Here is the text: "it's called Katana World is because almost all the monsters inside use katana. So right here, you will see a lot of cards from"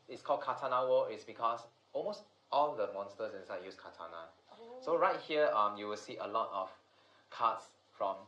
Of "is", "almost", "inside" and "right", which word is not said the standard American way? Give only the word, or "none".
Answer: is